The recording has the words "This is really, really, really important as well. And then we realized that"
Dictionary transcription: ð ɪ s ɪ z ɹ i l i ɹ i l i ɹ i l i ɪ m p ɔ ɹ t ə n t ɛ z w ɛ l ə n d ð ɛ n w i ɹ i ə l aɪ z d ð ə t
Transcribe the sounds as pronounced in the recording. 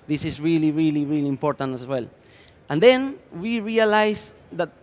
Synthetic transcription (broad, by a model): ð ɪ s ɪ s ɹ i l i ɹ i l i ɹ i l i ɪ m p ɔ ɹ t ə n t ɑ s w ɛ l ə n d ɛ n w i ɹ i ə l aɪ s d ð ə t